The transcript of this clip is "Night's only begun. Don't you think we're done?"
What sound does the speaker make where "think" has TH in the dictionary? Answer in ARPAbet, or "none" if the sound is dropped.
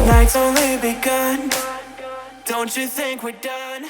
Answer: TH